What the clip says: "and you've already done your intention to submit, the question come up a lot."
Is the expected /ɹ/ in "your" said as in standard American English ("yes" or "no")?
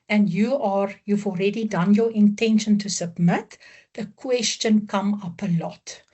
yes